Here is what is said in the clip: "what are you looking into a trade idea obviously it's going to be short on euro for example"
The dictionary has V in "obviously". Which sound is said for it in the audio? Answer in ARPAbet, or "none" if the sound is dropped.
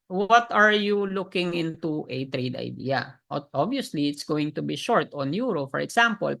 none